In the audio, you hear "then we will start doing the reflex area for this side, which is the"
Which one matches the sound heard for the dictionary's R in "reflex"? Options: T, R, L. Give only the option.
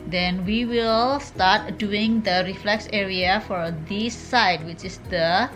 R